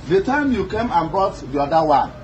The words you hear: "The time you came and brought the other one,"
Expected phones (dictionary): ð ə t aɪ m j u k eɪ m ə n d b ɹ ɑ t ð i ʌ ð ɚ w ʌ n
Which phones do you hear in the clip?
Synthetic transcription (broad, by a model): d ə t aɪ m j u k eɪ m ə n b ɑ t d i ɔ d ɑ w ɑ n